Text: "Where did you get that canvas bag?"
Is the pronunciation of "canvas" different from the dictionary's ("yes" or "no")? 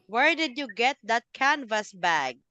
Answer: no